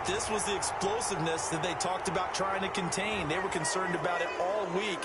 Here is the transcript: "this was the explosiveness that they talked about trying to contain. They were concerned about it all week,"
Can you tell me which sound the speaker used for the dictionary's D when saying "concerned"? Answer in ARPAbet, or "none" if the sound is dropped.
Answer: D